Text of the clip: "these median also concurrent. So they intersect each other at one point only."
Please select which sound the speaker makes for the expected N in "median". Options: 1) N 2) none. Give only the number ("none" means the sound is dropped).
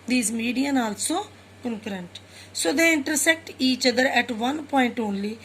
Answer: 1